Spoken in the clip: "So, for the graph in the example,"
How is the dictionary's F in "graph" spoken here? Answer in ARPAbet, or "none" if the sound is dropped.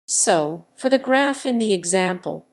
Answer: F